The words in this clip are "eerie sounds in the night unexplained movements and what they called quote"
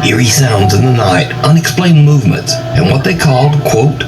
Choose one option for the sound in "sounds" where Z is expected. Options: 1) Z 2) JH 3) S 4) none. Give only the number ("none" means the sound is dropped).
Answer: 1